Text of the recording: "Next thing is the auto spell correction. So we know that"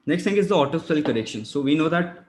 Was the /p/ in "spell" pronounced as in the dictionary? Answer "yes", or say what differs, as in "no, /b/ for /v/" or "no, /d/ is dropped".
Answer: no, /p/ is dropped